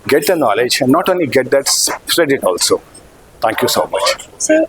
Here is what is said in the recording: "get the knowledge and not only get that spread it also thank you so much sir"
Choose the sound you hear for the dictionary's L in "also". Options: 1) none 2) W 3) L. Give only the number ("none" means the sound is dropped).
3